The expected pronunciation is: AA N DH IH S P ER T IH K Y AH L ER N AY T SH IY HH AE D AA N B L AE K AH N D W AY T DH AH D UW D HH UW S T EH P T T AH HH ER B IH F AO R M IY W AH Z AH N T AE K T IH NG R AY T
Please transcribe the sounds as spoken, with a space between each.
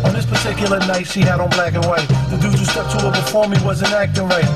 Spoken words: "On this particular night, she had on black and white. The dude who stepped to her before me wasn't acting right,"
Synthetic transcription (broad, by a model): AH N DH IH S P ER T IH K Y L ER N AY T S IY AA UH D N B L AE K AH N W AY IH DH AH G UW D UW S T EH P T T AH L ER B IH F AO R M IY W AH Z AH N AE K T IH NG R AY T